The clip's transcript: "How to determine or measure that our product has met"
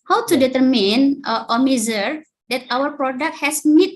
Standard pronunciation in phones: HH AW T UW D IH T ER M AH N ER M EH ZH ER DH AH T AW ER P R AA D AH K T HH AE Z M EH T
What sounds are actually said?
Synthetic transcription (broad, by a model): HH AW T UW D IH T ER M AH N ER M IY Z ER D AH T AW ER P R AA D AH K T HH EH S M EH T